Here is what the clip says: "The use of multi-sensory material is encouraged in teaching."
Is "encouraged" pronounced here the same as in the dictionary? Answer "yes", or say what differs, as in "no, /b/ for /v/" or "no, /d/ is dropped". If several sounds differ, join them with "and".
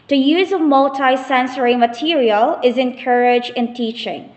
no, /d/ is dropped